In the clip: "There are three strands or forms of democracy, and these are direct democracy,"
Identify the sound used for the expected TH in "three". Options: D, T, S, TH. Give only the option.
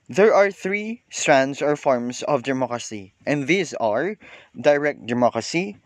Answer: TH